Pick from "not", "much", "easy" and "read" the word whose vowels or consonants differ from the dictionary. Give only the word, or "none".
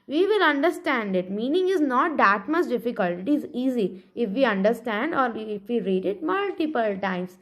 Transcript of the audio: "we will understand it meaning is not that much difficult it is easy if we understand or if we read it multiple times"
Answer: much